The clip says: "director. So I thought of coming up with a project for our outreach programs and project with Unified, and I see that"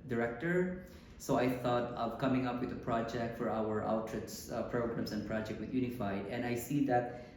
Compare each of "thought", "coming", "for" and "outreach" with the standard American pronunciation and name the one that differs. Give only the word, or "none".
outreach